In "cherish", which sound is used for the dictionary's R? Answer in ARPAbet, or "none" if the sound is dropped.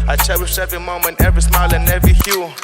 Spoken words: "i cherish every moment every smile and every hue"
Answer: W